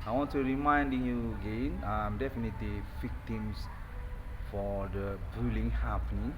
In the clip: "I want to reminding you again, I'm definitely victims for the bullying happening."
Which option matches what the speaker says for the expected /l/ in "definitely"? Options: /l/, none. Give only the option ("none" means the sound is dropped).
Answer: /l/